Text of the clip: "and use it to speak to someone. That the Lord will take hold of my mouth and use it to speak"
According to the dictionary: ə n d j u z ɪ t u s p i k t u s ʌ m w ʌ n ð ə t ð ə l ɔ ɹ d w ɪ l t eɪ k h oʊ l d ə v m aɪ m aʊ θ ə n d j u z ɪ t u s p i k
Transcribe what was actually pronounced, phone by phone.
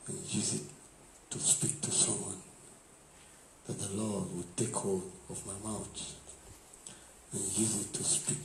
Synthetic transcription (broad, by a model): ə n j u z ɪ t u s p i k t u s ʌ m w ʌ n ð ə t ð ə l ɔ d w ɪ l t eɪ k h oʊ l d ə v m aɪ m aʊ t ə n j u z ɪ t u s p i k